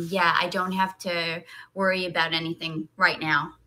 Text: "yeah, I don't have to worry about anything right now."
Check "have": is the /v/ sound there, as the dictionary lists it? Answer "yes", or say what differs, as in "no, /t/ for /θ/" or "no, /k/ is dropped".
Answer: no, /f/ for /v/